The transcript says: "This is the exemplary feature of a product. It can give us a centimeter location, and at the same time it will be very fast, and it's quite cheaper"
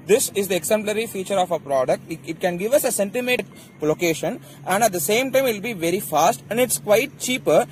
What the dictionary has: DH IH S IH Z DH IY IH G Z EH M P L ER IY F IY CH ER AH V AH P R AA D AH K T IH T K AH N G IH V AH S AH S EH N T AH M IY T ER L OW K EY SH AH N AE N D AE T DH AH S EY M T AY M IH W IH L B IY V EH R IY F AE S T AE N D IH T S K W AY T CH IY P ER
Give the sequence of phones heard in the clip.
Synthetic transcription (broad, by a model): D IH S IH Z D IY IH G S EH M P L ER IY F IY CH ER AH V AH P R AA D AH K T IH T K AH N G IH V AH S AH S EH N T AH M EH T L OW K EY SH AH N AE N D AE T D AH S EY M T AY M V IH L B IY V EH R IY F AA S T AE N D IH T S K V AY T CH IY P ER